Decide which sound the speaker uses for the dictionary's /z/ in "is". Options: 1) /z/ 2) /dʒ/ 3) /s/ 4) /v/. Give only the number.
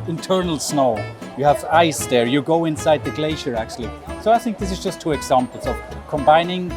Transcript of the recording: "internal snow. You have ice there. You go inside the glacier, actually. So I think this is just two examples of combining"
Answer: 1